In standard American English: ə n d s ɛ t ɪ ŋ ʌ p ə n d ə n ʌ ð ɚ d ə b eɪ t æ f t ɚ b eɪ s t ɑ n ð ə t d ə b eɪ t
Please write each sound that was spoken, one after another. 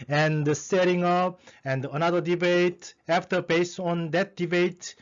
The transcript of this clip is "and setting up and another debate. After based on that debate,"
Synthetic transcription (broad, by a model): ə n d s ɛ t ɪ ŋ ʌ p ə n d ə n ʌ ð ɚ d ə b eɪ t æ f t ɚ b eɪ s ɑ n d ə t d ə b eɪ t